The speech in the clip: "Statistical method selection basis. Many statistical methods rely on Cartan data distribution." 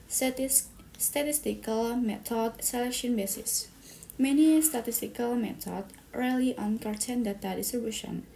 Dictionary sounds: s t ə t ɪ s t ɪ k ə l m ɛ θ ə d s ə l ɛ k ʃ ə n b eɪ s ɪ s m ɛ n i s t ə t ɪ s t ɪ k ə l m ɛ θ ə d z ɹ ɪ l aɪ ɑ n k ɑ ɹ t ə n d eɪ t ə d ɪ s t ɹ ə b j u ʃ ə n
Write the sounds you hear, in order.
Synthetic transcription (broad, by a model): s t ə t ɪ s t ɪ k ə l m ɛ t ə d s ə l ɛ k ʃ ə n b eɪ s ɪ s m ɛ n i s t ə t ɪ s t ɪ k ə l m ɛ t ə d ɹ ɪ l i ɑ n k ɑ ɹ t ə n d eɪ t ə d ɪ s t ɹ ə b j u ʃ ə n